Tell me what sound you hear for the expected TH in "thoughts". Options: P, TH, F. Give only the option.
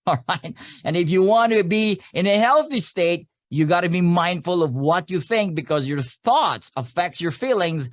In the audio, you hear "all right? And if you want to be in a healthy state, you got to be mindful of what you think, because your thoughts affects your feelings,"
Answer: TH